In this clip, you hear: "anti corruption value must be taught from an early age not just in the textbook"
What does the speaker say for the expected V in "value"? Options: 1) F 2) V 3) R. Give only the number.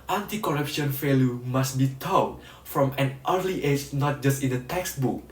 1